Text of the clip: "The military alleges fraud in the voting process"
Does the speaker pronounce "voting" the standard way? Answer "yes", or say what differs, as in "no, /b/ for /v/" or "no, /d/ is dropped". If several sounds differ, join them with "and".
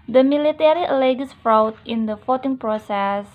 no, /f/ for /v/